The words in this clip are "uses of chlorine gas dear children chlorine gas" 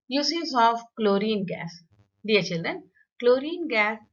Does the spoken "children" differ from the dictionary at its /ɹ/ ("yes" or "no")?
no